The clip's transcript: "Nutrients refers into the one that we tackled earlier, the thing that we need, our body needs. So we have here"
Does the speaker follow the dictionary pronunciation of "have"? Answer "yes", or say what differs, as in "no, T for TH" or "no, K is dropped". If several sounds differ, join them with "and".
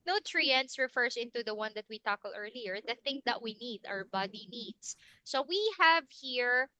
yes